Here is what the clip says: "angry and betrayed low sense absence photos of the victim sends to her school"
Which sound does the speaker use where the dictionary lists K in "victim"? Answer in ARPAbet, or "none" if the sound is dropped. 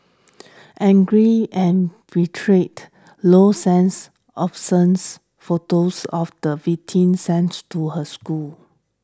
none